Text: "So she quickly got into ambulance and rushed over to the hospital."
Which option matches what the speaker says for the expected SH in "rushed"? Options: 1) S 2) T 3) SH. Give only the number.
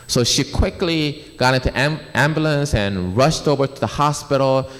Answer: 3